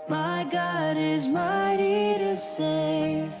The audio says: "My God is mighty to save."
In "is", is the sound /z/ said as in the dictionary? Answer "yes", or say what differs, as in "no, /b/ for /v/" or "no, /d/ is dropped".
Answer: yes